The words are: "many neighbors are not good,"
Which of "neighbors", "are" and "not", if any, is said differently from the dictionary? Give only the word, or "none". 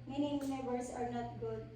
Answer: neighbors